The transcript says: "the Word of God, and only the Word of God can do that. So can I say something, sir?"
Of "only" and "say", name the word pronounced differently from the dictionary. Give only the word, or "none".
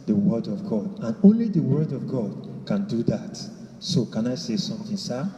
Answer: none